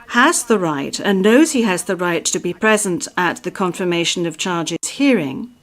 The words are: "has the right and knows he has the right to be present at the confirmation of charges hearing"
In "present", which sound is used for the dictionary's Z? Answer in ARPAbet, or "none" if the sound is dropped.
Z